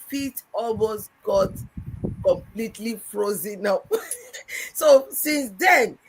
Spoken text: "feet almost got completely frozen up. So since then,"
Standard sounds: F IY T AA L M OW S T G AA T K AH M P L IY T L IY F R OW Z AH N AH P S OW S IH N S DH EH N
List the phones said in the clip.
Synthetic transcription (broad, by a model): F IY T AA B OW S G AA T K AH M P L IY T L IY F R OW Z AH N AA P S OW S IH N S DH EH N